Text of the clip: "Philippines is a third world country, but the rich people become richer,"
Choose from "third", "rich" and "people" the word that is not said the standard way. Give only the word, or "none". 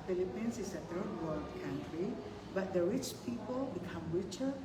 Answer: third